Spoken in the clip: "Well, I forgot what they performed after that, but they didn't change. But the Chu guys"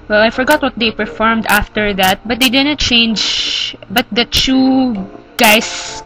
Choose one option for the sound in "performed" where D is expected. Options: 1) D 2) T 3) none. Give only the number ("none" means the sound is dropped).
1